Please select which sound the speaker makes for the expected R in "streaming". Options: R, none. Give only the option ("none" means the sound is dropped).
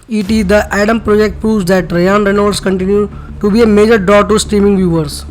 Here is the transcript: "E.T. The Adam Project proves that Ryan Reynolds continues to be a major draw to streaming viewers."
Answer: R